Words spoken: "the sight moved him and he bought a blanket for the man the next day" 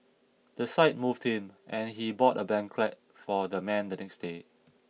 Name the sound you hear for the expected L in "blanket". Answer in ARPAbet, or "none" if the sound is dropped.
none